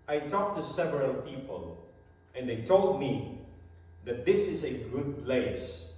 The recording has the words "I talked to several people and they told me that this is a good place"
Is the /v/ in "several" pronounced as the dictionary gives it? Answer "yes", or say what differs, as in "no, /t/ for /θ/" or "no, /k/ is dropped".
yes